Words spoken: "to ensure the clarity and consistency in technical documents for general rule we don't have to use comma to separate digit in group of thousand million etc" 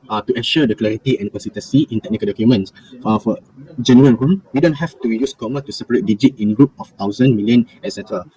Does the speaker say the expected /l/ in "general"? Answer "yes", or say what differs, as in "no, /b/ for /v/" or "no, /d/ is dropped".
no, /n/ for /l/